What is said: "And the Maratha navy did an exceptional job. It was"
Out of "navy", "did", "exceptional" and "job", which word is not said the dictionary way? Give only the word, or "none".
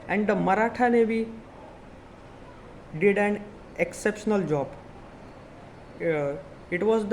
navy